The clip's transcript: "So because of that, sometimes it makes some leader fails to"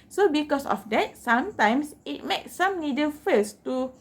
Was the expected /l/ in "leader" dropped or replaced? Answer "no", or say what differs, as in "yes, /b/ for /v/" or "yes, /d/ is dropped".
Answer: yes, /n/ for /l/